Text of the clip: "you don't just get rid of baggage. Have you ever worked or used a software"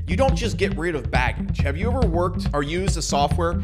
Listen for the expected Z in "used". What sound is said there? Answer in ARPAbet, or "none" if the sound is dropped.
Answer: Z